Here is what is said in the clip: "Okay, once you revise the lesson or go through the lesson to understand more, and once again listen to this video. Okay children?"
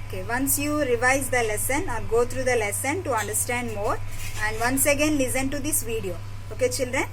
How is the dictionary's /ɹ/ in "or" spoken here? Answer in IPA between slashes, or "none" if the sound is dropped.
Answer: /l/